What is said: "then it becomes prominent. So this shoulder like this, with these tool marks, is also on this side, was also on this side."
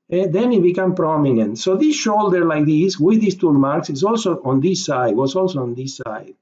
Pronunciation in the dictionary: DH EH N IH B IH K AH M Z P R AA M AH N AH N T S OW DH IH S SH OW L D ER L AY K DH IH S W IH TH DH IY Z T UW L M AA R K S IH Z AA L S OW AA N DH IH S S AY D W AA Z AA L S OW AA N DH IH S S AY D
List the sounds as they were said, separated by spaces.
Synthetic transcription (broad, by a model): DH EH N IH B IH K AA M P R AA M AH N AH N T S OW DH IH S SH OW L D ER L AY K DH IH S W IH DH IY S T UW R M AA R K S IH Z AA L S OW AA N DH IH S S AY D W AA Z AA L S OW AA N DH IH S S AY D